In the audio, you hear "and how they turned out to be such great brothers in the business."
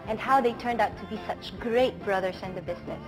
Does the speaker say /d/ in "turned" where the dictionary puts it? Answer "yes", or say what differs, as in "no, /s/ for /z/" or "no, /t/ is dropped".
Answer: yes